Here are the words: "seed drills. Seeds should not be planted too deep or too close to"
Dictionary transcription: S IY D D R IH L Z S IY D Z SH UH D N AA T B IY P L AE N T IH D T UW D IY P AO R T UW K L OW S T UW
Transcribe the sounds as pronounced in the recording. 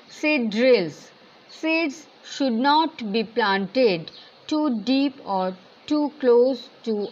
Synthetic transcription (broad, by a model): S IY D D R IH L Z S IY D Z SH UH D N AA T B IY P L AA N T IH D T UW D IY P AO R T UW K L OW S T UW